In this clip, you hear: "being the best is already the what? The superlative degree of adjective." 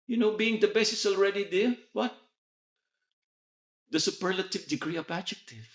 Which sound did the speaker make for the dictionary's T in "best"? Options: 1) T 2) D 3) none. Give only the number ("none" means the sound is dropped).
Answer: 3